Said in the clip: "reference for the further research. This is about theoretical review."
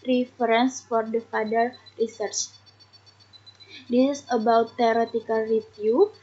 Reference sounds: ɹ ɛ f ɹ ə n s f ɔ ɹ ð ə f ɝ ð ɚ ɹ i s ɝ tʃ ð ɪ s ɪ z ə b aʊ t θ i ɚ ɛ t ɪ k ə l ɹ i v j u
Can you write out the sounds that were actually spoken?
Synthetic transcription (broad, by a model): ɹ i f ɹ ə n s f ɔ ɹ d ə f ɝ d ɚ ɹ i s ɝ tʃ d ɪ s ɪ s ə b aʊ t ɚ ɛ t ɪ k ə l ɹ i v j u